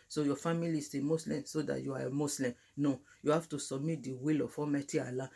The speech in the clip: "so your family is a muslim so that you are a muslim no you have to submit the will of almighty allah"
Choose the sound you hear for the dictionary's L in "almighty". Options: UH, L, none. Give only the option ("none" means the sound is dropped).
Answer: none